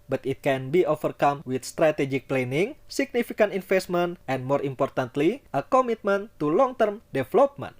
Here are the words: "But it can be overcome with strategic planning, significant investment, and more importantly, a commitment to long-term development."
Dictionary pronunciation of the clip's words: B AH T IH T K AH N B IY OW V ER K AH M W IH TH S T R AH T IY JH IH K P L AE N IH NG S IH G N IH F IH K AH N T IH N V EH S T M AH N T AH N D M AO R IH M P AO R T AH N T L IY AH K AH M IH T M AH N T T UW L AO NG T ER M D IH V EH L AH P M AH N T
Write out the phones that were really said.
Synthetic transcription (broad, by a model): B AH T IH T K AH N B IY OW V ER K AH M W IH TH S T R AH T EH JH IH K P L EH N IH NG S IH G N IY F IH K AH N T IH N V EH S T M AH N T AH N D M AO R IH M P AO R T AH N T L IY AH K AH M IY T M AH N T T UW L AO NG T ER M D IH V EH L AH P M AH N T